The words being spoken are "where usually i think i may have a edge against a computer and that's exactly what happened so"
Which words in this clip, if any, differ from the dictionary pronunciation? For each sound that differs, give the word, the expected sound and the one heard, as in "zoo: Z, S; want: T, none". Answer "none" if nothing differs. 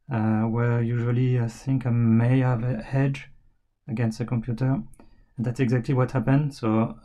none